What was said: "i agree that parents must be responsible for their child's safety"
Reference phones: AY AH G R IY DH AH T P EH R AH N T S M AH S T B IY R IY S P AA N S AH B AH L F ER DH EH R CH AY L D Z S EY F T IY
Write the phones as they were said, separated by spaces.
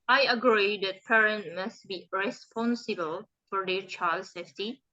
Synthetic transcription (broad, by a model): AY AH G R IY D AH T P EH R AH N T M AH S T B IY R IY S P AA N S AH B AH L F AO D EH CH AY L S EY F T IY